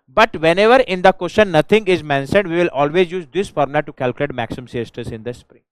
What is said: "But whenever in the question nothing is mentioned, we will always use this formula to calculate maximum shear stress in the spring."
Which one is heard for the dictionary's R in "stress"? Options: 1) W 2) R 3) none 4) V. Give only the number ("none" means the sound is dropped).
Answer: 3